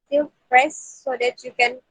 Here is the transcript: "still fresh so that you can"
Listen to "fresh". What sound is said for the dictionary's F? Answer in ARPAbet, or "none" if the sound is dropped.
P